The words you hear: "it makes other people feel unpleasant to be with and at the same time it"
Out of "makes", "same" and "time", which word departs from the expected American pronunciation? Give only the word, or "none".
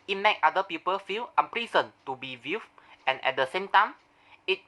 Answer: makes